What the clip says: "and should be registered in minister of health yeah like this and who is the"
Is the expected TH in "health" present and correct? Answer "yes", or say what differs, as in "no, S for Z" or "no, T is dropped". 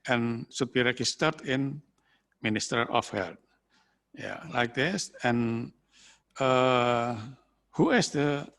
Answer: no, T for TH